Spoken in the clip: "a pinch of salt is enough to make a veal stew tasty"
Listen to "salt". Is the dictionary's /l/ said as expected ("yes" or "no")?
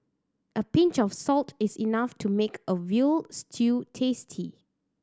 yes